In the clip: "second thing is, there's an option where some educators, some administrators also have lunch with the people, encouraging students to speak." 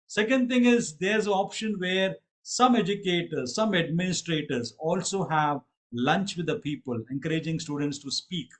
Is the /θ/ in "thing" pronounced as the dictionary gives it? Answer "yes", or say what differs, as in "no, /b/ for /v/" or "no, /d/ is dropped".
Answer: no, /t/ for /θ/